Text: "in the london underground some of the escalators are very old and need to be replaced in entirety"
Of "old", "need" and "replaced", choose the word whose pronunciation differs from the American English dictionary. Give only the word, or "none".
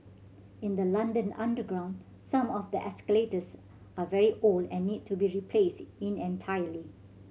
old